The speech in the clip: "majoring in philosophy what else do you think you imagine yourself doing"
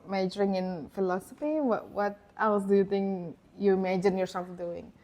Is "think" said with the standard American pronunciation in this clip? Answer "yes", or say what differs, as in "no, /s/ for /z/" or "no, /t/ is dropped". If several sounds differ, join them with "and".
no, /t/ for /θ/